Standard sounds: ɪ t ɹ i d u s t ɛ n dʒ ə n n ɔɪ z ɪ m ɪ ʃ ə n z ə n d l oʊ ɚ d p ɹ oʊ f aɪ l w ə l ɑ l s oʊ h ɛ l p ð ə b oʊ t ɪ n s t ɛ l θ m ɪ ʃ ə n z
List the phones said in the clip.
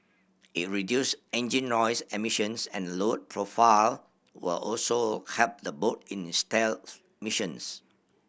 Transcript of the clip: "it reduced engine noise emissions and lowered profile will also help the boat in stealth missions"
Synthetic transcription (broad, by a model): ɪ t ɹ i d u s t ɛ n dʒ ə n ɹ ɔɪ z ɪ m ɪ ʃ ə n s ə n l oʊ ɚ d p ɹ oʊ f aɪ l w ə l ɑ l s oʊ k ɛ p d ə b oʊ t ɪ n s t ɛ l m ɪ ʃ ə n s